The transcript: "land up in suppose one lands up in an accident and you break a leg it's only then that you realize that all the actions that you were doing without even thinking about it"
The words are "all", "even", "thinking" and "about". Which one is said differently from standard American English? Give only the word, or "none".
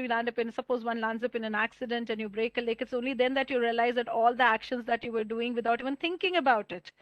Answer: thinking